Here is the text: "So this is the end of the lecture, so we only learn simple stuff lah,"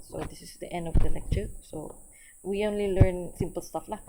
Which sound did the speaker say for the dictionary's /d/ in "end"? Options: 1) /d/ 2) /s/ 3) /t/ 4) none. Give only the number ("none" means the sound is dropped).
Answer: 1